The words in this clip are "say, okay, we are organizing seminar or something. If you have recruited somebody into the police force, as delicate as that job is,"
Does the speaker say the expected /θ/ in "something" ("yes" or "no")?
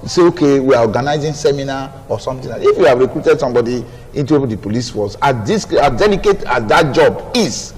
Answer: no